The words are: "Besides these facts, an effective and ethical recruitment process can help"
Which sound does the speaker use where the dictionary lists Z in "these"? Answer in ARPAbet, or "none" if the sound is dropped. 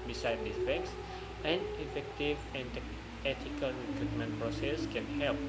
none